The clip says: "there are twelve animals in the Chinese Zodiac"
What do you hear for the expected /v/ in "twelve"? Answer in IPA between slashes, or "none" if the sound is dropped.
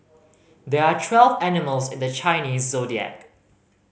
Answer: /v/